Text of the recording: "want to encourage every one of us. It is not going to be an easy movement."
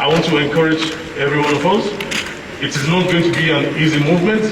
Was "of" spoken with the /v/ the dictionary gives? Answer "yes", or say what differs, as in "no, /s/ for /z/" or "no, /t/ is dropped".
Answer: yes